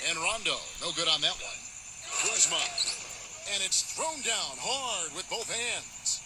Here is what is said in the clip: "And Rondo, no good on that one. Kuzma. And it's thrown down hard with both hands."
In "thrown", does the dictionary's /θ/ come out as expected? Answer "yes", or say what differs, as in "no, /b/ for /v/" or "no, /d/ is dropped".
yes